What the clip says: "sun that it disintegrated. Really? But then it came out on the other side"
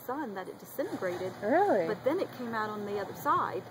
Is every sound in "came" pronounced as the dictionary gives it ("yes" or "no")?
yes